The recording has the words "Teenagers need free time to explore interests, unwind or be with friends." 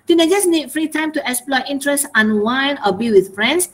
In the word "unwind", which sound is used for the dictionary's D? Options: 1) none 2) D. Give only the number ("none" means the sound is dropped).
1